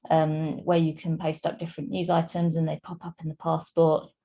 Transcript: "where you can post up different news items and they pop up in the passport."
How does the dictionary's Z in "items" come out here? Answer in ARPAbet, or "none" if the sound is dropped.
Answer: Z